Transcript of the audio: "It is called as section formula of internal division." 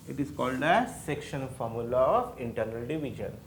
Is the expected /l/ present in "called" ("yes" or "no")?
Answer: yes